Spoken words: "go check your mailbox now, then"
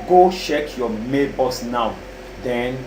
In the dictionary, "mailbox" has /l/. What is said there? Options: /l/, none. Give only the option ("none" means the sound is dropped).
none